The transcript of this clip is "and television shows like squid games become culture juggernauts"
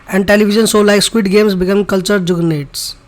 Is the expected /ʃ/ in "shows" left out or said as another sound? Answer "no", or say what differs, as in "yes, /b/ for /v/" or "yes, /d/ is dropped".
yes, /s/ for /ʃ/